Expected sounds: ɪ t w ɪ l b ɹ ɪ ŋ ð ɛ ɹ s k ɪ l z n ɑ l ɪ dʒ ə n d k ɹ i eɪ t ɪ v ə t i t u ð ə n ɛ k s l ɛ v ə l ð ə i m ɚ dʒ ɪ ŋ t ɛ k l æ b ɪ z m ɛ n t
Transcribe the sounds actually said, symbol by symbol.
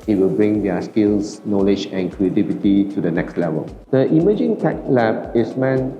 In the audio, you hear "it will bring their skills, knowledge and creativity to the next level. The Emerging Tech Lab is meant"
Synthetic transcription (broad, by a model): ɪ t w ɪ l b ɹ ɪ ŋ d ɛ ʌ s k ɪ l s n ɑ l ɪ dʒ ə n k ɹ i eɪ t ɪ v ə t i t u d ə n ɛ k s l ɛ v ə l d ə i m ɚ dʒ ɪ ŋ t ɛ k l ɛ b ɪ s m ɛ n